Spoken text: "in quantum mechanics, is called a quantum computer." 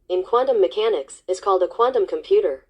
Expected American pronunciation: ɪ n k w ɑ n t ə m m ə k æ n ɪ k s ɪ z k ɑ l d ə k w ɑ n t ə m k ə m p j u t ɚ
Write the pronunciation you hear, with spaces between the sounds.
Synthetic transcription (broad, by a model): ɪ n k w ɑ n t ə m m ə k æ n ɪ k s ɪ z k ɑ l d ə k w ɑ n t ə m k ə m p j u t ɚ